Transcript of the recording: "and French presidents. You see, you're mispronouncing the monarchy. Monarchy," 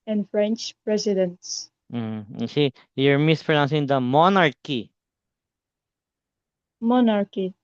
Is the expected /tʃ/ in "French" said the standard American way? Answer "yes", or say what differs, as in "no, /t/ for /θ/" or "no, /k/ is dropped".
yes